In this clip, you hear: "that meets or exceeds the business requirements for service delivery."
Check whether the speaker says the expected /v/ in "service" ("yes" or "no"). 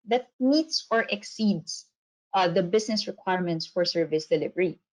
yes